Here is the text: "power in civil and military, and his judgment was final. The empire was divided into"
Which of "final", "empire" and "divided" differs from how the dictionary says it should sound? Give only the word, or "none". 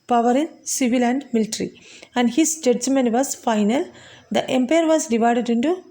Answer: none